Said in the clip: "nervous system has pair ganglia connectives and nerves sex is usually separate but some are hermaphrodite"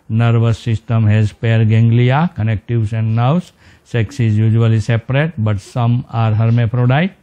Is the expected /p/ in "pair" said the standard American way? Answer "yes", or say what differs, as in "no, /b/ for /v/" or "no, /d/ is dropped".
yes